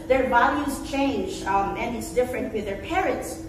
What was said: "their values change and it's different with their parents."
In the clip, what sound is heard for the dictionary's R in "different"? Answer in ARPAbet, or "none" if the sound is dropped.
R